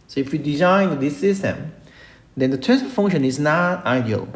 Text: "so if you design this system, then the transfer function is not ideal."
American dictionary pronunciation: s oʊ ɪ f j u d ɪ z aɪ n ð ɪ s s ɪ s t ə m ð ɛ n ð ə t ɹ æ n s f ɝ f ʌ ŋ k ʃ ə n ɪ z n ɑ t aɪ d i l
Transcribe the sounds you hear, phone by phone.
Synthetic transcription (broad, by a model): s oʊ ɪ f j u d ɪ z aɪ n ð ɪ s s ɪ s t ə m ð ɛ n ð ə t æ s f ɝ f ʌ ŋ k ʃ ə n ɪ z n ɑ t aɪ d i l